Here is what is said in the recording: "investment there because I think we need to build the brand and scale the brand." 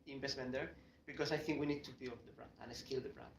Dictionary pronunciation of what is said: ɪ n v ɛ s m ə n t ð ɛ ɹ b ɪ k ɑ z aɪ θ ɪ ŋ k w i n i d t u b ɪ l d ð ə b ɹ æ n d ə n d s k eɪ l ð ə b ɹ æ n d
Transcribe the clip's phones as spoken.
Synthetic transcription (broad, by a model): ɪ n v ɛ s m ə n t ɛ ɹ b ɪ k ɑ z aɪ θ ɪ ŋ k w i n i d t u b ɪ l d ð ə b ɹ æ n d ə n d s k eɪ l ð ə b ɹ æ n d